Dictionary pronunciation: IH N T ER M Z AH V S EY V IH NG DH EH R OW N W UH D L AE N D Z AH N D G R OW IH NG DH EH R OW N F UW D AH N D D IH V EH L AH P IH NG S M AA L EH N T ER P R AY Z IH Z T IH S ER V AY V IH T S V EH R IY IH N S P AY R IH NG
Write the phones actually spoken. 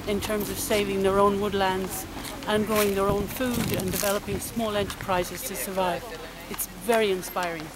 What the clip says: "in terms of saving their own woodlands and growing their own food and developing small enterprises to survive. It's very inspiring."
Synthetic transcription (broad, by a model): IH N T ER M Z AH V S EY V IH NG DH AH R OW N W UH D L AE N D Z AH N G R OW IH NG DH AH R OW N F UW D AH N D D IH V EH L AH P IH NG S M AA L EH N T ER P R AY Z IH Z T IH S ER V AY V IH T S V EH R IY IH N S P AY R IH NG